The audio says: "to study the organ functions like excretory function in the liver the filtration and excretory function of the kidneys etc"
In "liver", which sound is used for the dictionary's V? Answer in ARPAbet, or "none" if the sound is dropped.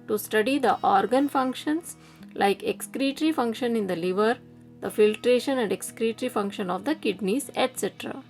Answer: V